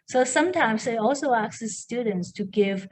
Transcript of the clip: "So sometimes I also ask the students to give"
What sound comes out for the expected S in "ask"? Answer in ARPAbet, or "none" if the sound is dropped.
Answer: none